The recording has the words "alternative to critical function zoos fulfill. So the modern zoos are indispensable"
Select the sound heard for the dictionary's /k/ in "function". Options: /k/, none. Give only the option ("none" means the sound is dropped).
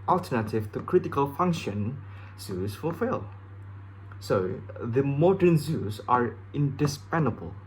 /k/